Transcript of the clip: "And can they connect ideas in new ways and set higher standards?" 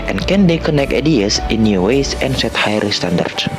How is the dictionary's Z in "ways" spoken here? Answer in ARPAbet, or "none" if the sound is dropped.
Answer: S